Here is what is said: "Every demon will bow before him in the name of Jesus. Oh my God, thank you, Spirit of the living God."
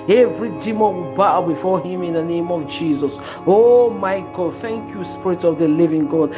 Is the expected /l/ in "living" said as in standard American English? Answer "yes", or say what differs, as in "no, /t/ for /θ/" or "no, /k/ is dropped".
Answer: yes